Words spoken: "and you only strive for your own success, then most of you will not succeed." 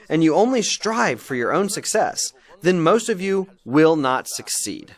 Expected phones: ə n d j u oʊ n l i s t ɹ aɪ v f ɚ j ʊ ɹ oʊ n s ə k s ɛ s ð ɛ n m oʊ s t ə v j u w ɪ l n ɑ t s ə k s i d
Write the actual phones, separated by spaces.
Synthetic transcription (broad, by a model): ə n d j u oʊ n l i s t ɹ aɪ v f ɚ j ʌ ɹ oʊ n s ə k s ɛ s ð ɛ n m oʊ s t ə v j u w ɪ l n ɑ t s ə k s i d